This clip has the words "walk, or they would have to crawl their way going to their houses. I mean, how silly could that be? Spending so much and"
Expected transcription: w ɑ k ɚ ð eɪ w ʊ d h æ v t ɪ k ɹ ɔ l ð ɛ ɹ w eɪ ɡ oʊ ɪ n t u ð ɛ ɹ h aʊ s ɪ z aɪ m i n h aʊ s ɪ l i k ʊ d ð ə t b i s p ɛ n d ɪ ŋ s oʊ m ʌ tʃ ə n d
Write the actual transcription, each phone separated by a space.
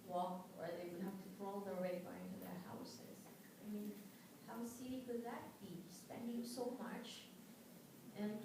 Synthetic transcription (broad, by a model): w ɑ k ɚ ð eɪ w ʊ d h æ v t ɪ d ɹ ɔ l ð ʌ ɹ w eɪ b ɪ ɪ n t u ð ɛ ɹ h aʊ s ɪ z aɪ m i n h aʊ s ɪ i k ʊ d ð ə t b i s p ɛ n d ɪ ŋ s oʊ m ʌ tʃ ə n